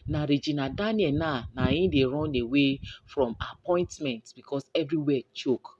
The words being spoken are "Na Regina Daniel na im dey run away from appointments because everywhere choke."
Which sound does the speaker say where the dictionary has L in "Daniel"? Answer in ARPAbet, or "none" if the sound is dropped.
N